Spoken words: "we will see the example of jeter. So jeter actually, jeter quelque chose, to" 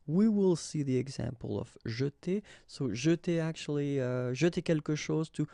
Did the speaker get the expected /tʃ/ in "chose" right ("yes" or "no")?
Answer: no